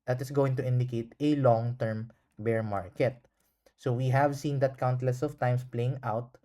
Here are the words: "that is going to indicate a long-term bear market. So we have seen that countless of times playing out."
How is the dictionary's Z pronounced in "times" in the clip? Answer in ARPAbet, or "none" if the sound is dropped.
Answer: S